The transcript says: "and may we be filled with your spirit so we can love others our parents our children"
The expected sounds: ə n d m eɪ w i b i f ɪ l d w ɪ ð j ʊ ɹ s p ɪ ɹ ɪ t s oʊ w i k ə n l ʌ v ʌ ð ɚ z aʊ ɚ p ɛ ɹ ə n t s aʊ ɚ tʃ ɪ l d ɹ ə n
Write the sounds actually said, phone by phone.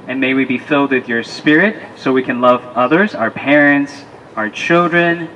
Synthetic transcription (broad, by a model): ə n m eɪ w i b i f ɪ l d w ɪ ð j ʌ ɹ s p ɪ ɹ ɪ t s oʊ w i k ə n l ʌ v ʌ ð ɚ z aʊ ɚ p ɛ ɹ ə n t s aʊ ɚ tʃ ɪ l d ɹ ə n